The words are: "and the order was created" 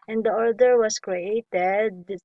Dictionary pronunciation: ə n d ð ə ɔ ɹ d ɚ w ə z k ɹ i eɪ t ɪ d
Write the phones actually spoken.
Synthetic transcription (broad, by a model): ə n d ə ɔ ɹ d ɚ w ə s k ɹ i eɪ t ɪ d